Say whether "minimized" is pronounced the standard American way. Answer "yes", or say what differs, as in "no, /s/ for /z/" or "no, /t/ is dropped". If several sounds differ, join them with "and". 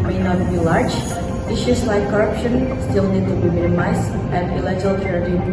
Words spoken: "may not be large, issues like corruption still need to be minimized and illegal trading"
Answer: no, /d/ is dropped